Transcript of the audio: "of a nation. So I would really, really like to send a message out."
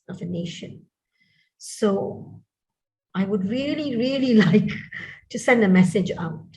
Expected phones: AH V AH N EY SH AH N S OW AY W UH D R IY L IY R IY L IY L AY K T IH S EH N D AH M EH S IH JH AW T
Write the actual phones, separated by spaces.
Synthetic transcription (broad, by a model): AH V AH N EY SH AH N S OW AY W UH D R IY L IY R IY L IY L AY K T IH S EH N D AH M EH S IH JH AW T